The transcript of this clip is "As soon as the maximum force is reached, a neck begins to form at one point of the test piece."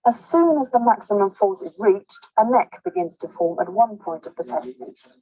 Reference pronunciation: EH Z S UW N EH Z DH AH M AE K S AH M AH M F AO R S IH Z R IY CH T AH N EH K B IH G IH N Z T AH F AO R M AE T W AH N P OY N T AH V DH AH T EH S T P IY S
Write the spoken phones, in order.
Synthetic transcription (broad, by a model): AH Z S UW N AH Z DH AH M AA K S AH M AH M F AO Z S IH Z R IY CH T AH N EH K B IH G IH N Z T AH F AO M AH T W AH N P OY N T AH V DH AH T EH S T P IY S